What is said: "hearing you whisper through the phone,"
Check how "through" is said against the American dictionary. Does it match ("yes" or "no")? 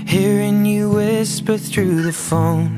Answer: yes